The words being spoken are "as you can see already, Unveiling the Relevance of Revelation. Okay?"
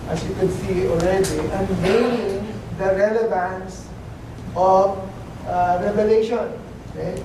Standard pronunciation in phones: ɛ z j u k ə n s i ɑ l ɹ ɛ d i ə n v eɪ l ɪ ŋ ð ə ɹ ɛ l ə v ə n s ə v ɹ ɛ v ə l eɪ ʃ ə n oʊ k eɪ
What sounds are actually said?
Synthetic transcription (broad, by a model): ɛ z j u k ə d s i ɑ l ɹ ɛ d i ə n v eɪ ɪ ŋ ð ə ɹ ɛ l ə v ə n s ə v ɹ ɛ v ə l eɪ ʃ ə n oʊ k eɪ